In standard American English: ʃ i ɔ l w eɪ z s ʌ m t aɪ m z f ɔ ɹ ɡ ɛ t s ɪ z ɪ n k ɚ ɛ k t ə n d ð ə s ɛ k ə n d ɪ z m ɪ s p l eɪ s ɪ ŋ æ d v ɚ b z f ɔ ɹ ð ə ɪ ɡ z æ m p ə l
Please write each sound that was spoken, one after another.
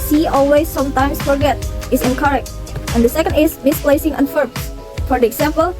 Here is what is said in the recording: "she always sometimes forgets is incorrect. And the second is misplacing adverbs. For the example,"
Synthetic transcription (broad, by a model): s i ɔ l w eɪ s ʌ m t aɪ m s f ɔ ɹ ɡ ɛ t ɪ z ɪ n k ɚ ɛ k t ə n d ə s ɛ k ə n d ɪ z m ɪ s p l eɪ s ɪ ŋ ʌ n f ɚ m f ɔ ɹ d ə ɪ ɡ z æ m p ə l